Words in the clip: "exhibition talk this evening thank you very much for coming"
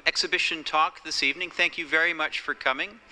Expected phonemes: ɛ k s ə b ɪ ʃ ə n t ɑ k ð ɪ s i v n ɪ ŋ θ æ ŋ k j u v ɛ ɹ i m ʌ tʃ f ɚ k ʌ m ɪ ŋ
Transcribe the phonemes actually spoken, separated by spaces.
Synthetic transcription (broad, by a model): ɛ k s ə b ɪ ʃ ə n t ɑ k ð ɪ s i v n ɪ ŋ θ æ ŋ k j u v ɛ ɹ i m ʌ tʃ f ɚ k ʌ m ɪ ŋ